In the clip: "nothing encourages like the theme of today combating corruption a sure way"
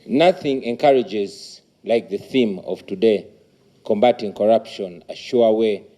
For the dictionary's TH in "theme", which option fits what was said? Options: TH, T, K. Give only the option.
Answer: TH